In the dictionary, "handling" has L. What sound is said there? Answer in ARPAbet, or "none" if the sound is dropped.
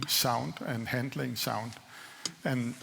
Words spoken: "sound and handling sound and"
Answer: L